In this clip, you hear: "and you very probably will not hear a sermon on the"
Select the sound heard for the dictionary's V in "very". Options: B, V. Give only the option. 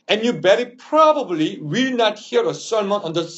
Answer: B